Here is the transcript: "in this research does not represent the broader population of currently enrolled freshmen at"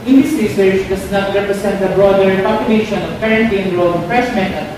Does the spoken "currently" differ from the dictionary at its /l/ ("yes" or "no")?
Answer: yes